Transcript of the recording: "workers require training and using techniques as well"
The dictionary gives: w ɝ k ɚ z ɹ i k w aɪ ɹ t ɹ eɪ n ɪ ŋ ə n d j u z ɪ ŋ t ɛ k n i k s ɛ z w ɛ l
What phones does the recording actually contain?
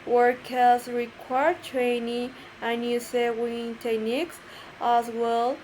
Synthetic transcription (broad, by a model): w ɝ k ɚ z ɹ i k w aɪ ɹ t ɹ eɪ n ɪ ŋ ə n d j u s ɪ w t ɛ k n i k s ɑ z w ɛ l